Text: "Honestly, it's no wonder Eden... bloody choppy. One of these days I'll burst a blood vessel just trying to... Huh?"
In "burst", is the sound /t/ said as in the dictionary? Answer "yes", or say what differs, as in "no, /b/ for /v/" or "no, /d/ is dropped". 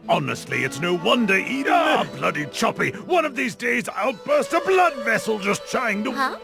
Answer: yes